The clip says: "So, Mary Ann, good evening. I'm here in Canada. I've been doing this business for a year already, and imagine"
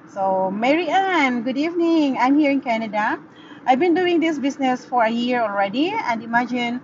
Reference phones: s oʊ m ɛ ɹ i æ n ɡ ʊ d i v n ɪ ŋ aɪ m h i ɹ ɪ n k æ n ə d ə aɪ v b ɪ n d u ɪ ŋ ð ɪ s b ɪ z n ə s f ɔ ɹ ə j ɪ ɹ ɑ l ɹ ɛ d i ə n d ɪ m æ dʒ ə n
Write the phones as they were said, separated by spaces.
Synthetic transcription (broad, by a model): s oʊ m ɛ ɹ i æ n ɡ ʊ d i v n ɪ ŋ aɪ m h i ɹ ɪ n k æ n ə d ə aɪ v b ɪ n d u ɪ ŋ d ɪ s b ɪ s n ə s f ɔ ɹ ə j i ɹ ɑ l ɹ ɛ d i ə n d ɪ m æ dʒ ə n